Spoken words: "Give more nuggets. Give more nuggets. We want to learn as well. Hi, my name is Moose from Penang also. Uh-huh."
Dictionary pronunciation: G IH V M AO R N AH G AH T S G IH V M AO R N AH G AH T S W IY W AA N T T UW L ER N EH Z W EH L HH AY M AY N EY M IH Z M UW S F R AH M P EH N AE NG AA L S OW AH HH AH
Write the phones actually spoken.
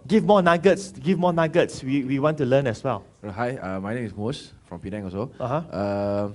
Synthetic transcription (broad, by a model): G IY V M AO N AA G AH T S G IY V M AO N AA G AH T S W IY W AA N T T UW L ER N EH S W EH L HH AY M AY N EY M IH S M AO S F R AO M P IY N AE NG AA S OW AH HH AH